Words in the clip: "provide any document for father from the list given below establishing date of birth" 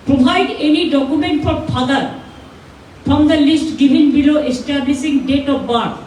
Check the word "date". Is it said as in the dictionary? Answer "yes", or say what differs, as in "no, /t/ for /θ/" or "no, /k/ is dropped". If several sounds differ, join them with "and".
yes